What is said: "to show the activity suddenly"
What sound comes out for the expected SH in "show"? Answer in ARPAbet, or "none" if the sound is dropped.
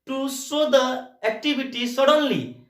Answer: S